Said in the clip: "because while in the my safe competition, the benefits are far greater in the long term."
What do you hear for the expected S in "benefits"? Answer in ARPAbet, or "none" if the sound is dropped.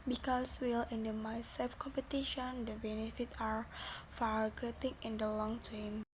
none